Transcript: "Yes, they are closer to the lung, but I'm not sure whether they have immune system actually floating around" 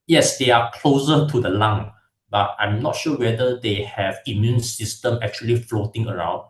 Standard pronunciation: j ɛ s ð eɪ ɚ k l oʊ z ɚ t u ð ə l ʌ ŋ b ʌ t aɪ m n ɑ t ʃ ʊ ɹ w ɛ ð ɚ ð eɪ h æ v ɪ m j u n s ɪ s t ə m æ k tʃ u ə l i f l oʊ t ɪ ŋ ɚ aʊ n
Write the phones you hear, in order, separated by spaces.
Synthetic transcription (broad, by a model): j ɛ s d eɪ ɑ k l oʊ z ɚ t u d ə l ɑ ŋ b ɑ t aɪ m n ɑ t ʃ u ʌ w ɛ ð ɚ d eɪ h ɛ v ɪ m j u n s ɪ s t ə m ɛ k tʃ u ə l i f l oʊ t ɪ ŋ ɚ aʊ n